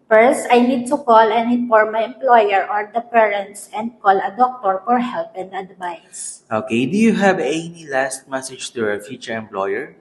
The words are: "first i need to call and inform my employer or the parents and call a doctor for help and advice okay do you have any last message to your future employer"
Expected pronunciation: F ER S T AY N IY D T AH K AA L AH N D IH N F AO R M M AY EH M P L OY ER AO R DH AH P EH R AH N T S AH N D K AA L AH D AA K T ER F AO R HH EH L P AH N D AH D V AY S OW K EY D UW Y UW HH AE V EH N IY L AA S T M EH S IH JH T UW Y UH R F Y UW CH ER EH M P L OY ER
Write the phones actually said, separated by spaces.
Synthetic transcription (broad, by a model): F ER S T AY N IY D T AH K AA L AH N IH F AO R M M AY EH M P L OY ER AO R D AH P EH R AH N T S AH N D K AA L AH D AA K T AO F AO R HH EH L P AH N D AH D V AY S OW K EY D UW Y UW HH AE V EH N IY L AA S T M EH S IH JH T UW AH F Y UW CH ER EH M P L OY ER